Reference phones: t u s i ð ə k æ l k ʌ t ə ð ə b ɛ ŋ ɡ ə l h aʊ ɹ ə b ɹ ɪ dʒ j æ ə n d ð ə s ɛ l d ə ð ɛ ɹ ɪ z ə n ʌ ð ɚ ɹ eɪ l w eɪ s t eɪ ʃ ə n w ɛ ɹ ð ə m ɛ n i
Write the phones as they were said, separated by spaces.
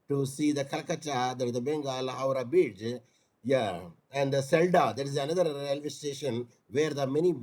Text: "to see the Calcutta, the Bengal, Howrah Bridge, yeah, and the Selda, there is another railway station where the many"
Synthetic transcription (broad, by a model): t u s i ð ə k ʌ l k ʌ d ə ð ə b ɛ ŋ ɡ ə l h aʊ ɹ ə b ɪ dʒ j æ ə n d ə s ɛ l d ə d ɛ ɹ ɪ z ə n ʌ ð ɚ ɹ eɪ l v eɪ s t eɪ ʃ ə n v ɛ ɹ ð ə m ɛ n i